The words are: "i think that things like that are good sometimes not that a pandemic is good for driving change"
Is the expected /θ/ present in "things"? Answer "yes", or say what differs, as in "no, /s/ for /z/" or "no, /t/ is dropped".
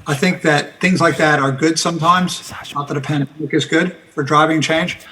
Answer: yes